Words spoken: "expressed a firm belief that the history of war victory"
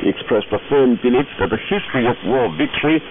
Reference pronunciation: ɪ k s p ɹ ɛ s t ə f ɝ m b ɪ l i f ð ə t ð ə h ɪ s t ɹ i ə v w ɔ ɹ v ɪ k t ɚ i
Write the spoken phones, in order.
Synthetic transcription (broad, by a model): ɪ k s p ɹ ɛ s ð ə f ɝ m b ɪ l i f ð ə t ð ə h ɪ s t ɹ i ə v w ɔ l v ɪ k t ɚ i